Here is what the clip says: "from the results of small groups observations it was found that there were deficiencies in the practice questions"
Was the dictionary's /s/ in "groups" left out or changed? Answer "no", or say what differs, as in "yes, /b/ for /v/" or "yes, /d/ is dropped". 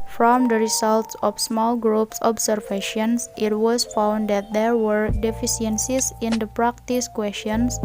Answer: no